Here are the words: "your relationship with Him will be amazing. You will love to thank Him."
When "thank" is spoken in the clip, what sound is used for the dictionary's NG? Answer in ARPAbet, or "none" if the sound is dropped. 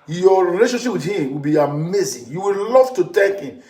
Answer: none